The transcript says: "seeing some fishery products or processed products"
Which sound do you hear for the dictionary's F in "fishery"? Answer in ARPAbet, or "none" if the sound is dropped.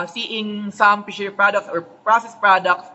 P